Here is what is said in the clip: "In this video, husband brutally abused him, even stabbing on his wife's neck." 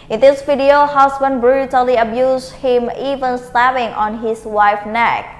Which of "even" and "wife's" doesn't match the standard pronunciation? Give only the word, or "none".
wife's